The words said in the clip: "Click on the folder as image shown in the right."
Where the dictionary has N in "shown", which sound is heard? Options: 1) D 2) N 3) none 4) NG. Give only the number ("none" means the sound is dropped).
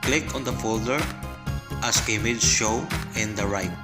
3